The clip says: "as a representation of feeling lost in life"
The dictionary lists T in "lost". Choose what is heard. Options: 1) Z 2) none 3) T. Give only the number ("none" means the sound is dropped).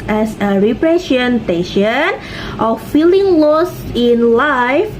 2